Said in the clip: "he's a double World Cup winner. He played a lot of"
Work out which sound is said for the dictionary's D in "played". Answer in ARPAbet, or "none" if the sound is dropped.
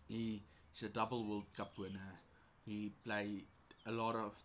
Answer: none